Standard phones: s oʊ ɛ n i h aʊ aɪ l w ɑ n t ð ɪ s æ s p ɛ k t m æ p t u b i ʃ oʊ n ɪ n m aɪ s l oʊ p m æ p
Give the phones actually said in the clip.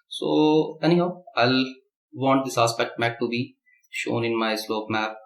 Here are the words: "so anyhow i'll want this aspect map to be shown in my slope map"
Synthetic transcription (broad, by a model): s oʊ ɛ n i h aʊ aɪ l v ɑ n t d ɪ s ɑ s p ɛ k t m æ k t u b i ʃ oʊ n ɪ n m aɪ s l oʊ p m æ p